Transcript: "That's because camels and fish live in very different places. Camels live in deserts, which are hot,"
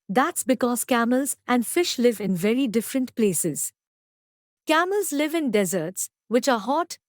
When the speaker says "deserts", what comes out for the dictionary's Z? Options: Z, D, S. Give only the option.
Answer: Z